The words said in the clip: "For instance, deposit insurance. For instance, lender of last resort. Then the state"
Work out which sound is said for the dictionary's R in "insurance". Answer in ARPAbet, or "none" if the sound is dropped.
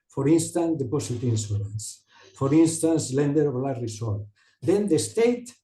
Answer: L